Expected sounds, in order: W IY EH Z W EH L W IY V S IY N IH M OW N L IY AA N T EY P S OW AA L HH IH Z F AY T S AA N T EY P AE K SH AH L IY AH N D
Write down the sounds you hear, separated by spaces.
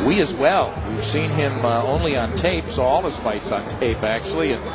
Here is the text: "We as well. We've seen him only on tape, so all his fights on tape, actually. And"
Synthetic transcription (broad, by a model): W IY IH Z W EH L W IY V S IY N IH M OW N L IY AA N T EY P S OW AA L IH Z F AY T S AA N T EY P AE K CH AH L IY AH N